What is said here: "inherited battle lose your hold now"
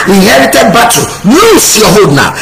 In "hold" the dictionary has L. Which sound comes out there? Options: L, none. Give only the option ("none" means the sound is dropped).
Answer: none